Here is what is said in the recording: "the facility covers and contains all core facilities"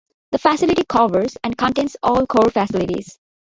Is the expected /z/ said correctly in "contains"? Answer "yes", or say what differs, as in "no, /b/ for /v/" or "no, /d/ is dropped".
no, /s/ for /z/